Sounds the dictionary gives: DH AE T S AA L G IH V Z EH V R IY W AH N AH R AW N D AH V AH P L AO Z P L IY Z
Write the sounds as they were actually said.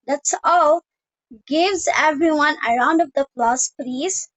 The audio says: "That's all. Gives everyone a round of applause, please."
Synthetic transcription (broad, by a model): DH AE T S AA L G IH V Z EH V R IY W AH N AH R AW N D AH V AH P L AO S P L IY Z